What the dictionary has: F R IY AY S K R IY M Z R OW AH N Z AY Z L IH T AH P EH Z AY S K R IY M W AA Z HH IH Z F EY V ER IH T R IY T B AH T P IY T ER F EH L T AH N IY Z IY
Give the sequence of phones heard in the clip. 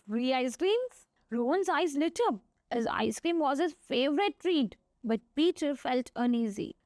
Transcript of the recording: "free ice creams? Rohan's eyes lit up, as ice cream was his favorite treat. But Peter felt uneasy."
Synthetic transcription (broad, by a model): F R IY AY S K R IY M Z R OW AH N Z AY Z L IH T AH B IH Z AY S K R IY M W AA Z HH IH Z F EY V ER IH T R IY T B AH T P IY T ER F EH L T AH N IY Z IY